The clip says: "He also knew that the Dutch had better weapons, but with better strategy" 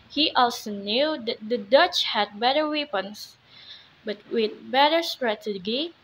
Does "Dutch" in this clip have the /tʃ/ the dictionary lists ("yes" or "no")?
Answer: yes